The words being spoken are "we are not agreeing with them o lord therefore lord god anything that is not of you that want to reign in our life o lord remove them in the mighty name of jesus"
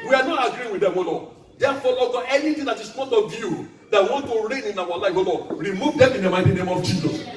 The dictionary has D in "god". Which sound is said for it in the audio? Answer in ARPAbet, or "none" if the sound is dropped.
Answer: none